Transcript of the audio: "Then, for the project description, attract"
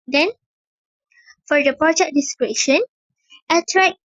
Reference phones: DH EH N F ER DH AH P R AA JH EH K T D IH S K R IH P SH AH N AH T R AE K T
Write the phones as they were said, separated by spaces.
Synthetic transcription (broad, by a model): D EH N F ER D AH P R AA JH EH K D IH S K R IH SH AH N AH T R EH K